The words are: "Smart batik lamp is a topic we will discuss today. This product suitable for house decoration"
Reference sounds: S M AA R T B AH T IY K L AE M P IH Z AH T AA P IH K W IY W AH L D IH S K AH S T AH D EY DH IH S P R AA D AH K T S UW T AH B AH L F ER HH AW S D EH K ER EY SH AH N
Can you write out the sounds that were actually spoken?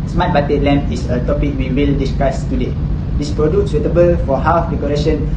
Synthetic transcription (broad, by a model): S M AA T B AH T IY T L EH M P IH S AH T AA P IH K W IY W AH L D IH S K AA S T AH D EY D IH S P R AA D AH T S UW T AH B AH L F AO HH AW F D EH K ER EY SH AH N